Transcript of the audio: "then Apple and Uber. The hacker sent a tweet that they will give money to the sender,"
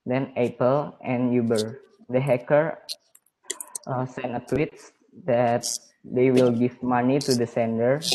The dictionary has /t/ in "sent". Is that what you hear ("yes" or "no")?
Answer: no